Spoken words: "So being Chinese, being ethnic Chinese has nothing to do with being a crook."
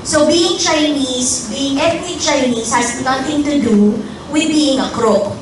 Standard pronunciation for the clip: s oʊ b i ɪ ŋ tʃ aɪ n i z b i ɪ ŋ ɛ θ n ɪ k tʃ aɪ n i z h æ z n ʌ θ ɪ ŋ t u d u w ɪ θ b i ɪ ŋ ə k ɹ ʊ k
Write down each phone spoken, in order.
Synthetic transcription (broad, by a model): s oʊ b i ɪ ŋ tʃ aɪ n i s b i ɪ ŋ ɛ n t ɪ tʃ aɪ n i s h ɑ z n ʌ t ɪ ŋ t u d u w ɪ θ b i ɪ ŋ ə k ɹ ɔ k